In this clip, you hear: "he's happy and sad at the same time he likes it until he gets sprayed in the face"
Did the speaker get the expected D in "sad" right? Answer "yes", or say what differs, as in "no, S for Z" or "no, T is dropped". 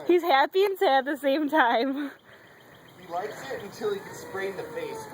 no, D is dropped